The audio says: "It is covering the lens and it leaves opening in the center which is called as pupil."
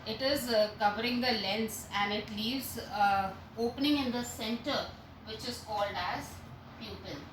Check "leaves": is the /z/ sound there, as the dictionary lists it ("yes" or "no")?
no